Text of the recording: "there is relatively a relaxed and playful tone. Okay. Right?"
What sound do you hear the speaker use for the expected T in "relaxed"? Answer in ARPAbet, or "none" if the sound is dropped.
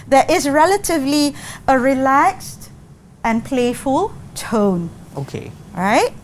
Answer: T